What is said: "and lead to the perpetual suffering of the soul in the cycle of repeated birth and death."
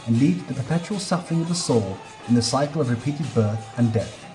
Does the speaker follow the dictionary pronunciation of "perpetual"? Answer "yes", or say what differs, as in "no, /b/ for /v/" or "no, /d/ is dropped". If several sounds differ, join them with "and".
yes